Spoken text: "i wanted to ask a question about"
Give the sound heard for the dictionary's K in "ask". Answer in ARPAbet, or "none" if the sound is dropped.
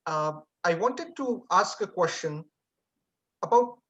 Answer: K